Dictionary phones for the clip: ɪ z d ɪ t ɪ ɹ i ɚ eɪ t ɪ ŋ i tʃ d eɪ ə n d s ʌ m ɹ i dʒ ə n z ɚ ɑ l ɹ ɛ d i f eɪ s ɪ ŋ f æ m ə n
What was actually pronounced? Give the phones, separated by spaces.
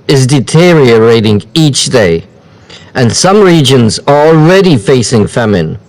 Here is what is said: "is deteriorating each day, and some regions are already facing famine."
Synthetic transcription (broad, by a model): ɪ z d ɪ t ɪ ɹ i ɚ eɪ t ɪ ŋ i tʃ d eɪ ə n s ʌ m ɹ i dʒ ə n z ɚ ɑ l ɹ ɛ d i f eɪ s ɪ ŋ f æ m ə n